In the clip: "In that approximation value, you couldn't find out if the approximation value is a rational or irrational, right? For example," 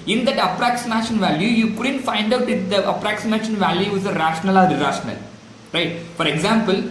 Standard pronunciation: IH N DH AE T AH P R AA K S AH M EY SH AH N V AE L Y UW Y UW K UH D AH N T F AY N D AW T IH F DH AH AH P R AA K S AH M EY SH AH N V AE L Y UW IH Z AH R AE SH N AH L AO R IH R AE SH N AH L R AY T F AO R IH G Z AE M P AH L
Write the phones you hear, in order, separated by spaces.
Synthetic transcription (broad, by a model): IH N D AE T AH P R AA K S AH M EY SH AH N V AE L Y UW Y UW K UH D AH N T F AY N D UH T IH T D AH AH P R AA K S AH M EY SH AH N V AE L Y UW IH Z AH R AE SH N AH L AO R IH R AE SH N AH L R AY T F AO R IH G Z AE M P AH L